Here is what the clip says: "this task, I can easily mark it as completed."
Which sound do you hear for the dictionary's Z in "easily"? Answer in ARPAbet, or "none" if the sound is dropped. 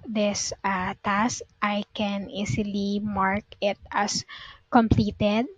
S